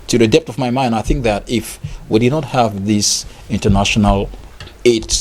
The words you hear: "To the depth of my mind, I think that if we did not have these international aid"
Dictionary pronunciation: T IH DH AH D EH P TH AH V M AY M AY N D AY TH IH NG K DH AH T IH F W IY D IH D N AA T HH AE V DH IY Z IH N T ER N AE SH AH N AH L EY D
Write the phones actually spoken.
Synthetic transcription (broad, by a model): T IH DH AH D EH P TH AH V M AY M AY N D AY TH IH NG K DH AH T IH F W IY D IH D N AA T HH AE V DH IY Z IH N T ER N AE SH AH N AH L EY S